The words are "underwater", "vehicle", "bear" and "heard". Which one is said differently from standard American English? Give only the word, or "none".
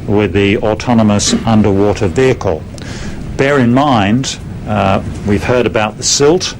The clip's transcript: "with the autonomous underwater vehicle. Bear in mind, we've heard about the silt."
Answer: none